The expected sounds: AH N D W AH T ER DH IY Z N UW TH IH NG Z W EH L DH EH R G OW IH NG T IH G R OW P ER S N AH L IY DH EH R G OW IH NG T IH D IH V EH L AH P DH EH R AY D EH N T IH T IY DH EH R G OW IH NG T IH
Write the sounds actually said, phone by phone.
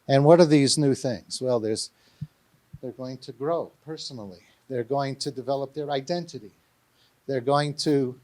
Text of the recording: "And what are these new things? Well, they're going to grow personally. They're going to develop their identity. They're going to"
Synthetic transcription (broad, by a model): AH N W AH T ER DH IY Z N UW TH IH NG Z W EH L DH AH R G OW IH NG T IH G R OW P ER S N L IY DH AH R G OW IH NG T IH D IH V EH L AH P DH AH R AY D EH N T IH T IY DH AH R G OW IH NG T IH